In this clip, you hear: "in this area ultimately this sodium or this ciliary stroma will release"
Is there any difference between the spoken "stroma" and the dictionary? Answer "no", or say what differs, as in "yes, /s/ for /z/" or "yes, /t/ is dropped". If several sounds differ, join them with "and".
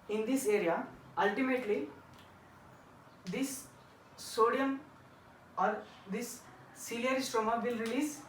no